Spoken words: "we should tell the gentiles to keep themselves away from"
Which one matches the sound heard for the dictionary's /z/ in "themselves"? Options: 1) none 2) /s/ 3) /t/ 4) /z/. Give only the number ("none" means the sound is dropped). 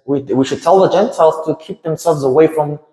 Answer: 4